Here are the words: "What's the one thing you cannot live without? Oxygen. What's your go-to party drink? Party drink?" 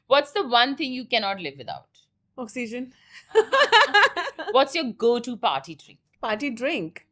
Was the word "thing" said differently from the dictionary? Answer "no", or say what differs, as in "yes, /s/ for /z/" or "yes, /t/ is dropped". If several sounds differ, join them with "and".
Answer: yes, /t/ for /θ/